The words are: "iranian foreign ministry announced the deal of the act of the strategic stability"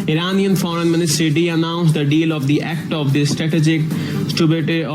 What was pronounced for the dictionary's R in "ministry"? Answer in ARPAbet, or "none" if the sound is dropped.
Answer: none